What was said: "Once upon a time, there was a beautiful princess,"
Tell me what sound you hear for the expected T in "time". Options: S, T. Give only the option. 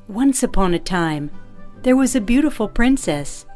T